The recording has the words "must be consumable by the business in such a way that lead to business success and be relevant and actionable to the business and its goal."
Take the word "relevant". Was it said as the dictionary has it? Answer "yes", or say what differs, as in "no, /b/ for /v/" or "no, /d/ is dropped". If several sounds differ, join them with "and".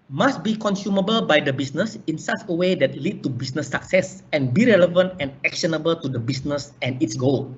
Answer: yes